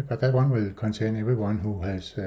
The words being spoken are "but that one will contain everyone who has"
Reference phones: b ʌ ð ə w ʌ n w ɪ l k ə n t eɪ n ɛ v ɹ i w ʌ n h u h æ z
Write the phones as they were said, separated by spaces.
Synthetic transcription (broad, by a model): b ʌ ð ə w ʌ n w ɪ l k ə n s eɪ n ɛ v i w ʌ n h u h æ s